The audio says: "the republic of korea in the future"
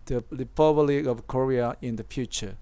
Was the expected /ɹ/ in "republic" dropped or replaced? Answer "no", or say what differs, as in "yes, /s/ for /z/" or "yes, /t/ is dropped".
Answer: yes, /l/ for /ɹ/